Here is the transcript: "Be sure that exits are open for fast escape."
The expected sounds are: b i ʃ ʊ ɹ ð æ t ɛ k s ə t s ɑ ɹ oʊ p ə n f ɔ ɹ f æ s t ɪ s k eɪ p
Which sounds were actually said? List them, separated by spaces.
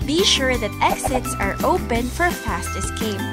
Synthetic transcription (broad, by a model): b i ʃ ʊ ɹ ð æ t ɛ k s ə t s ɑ ɹ oʊ p ə n f ɔ ɹ f æ s t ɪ s k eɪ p